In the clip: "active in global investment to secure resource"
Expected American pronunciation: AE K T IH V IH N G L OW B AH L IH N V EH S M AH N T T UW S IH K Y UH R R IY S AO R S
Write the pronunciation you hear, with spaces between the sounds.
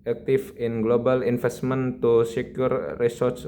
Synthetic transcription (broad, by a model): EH K T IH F IH N G L OW B AH L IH N F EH S M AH N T T UW S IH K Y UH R R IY S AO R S